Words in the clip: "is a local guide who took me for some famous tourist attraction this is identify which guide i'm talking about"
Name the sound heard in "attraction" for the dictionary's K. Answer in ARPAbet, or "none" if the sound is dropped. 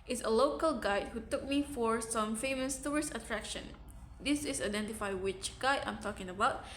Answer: K